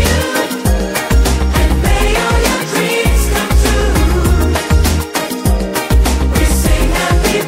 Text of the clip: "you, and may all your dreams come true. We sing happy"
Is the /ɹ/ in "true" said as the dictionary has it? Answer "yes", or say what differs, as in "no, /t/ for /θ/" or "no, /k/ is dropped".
no, /ɹ/ is dropped